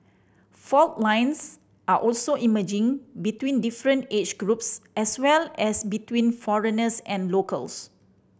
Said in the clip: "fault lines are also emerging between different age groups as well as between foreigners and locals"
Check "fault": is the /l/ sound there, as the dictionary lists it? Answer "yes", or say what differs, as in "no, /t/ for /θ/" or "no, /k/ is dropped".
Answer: yes